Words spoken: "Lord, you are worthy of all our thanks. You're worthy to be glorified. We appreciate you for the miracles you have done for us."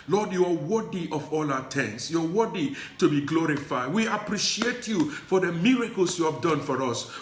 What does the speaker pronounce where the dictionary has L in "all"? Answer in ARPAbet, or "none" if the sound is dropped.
L